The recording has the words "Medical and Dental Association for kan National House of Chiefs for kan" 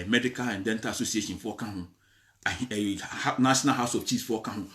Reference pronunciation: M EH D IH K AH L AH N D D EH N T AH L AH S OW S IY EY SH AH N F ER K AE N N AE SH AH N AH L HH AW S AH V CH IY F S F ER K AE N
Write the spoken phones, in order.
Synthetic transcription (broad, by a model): M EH D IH K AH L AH N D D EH N T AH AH S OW S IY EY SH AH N F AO K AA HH N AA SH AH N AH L HH AW S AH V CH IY S F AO K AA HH